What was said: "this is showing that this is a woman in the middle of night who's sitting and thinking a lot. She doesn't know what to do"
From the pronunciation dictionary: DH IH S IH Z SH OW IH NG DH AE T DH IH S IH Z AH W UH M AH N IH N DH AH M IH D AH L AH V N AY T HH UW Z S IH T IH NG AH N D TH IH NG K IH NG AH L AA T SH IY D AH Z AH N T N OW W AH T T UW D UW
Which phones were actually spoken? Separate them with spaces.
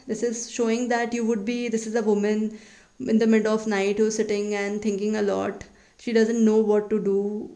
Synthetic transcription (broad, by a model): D IH S IH Z SH OW IH NG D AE T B IH S IH Z AH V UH M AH N IH N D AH M IH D L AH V N AY T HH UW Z S IH T IH NG AH N D T IH NG K IH NG AH L AA T SH IY D AH Z AH N T N OW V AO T T UW D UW